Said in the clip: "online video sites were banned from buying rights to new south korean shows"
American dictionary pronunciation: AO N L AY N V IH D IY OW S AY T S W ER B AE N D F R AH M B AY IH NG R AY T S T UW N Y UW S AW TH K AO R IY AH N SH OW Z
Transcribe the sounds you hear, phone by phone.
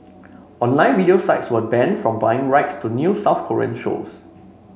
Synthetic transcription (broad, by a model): AO N L AY N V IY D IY OW S AY T S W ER B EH N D F R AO M B AY IH NG R AY T S T UW N Y UW S AW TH K AO R IY AH N SH OW S